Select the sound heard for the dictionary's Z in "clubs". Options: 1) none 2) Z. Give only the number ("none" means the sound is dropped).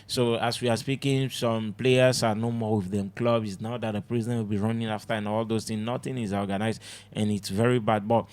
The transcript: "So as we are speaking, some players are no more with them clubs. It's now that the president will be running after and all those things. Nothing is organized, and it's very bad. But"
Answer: 1